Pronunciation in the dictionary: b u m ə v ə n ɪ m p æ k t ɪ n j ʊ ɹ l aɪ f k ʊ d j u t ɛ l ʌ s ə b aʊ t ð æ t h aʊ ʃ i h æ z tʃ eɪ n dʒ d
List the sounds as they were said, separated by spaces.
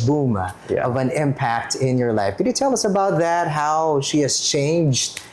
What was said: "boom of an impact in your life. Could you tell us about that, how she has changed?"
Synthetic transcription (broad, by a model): b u m ə v ə n ɪ m p æ k t ɪ n j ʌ ɹ l aɪ f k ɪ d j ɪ t ɛ l ʌ s ə b aʊ t ð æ t h aʊ ʃ i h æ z tʃ eɪ n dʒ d